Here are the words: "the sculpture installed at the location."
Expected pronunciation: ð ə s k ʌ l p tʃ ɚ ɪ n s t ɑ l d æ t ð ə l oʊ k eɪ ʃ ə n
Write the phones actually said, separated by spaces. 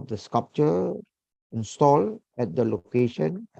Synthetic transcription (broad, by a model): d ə s k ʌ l p tʃ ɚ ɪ n s t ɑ l ɛ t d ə l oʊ k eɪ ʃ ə n